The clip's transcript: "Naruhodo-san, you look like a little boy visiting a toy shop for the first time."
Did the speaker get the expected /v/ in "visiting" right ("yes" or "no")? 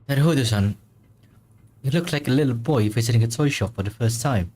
no